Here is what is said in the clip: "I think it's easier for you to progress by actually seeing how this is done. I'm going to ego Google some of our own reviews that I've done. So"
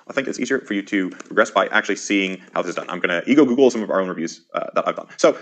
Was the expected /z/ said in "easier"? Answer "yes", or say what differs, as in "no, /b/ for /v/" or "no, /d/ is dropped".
yes